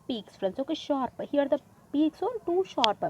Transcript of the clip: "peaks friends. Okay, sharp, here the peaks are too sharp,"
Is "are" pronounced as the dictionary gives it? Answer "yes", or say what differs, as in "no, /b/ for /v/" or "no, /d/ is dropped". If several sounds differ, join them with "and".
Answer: no, /l/ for /ɹ/